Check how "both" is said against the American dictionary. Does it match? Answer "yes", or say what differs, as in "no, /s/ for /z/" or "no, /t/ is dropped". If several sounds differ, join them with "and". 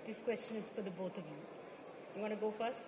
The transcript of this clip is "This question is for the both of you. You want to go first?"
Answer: no, /t/ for /θ/